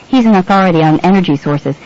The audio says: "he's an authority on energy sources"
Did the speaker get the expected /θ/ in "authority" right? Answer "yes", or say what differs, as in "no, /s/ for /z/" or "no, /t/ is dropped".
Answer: yes